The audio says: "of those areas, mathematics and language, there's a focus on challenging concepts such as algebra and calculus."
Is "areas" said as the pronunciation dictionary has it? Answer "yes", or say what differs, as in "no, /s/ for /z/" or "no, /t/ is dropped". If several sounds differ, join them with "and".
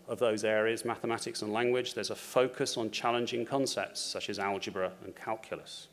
yes